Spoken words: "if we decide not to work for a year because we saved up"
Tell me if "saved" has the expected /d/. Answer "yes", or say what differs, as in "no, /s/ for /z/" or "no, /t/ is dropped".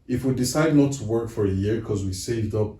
yes